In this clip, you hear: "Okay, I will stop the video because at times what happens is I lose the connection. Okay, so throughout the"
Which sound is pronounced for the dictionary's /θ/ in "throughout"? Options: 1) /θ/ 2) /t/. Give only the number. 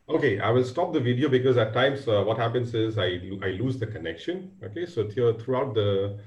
2